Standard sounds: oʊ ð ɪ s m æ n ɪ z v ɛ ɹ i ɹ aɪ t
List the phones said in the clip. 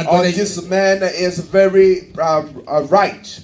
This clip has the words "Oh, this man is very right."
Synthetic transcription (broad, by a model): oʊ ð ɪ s m æ n ɪ z v ɛ ɹ i ɹ aɪ t